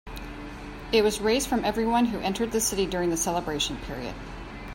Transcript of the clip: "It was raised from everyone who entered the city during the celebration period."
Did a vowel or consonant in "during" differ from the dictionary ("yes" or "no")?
no